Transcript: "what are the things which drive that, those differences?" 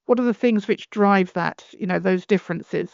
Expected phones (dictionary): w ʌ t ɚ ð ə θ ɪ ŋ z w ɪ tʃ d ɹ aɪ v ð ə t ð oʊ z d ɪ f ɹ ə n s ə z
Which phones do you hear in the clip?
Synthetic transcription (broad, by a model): w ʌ t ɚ ð ə θ ɪ ŋ z w ɪ tʃ d ɹ aɪ v ð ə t ð oʊ z d ɪ f ɹ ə n s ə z